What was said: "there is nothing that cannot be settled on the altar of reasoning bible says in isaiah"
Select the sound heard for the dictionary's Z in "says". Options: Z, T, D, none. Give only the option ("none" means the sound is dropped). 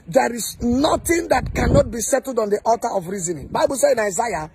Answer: none